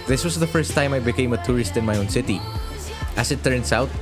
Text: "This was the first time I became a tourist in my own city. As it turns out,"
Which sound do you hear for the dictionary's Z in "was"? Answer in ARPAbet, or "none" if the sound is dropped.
S